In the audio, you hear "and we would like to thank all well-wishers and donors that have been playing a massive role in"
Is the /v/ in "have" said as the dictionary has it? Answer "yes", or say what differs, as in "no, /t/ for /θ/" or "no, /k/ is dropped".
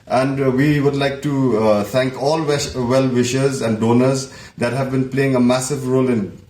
yes